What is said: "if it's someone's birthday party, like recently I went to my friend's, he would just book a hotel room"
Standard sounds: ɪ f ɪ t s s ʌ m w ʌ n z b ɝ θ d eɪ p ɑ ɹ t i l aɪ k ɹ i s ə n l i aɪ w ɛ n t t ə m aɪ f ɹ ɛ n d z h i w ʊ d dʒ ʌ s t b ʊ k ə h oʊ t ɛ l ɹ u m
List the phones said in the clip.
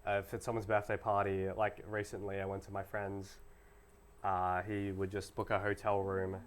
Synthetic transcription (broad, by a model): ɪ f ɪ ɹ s s ʌ m w ʌ n z b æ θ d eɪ p ɑ ɹ t i l aɪ k ɹ i s ə n l i aɪ w ɛ n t t ə m aɪ f ɹ ɛ n d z h i w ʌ d dʒ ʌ s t b ʊ k ə h oʊ t ɛ l ɹ u m